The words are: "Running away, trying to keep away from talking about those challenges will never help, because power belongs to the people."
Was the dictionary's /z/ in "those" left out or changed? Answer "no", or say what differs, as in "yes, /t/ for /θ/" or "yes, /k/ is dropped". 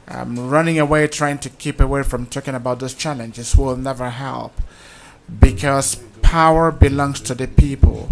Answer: yes, /s/ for /z/